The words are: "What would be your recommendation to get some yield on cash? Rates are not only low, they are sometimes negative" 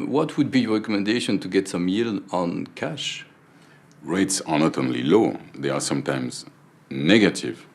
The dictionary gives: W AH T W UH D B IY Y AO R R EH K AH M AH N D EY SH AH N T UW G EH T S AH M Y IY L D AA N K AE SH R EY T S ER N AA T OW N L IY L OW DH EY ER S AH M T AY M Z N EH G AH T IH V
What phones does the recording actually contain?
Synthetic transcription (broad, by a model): W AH T W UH D B IY Y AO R R EH K AH M AH N D EY SH AH N T UW G EH T S AH M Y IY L AA N K AE SH R EY T S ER N AA T OW N L IY L OW DH EY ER S AH M T AY M Z N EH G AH T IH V